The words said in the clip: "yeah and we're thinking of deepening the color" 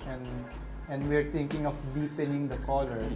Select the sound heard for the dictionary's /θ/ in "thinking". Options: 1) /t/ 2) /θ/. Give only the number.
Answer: 1